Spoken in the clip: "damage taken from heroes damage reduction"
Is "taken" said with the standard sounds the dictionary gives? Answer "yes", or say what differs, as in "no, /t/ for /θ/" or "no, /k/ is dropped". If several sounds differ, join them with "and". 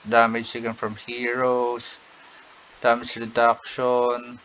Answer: no, /s/ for /t/